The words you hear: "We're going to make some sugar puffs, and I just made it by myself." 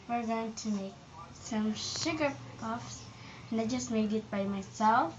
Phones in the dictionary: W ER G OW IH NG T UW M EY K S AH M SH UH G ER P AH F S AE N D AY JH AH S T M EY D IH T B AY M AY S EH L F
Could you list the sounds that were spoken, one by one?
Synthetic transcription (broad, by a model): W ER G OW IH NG T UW M EY K S AH M SH UH G ER P AH F S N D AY JH AH S T M EY D IH T B AY M AY S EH L F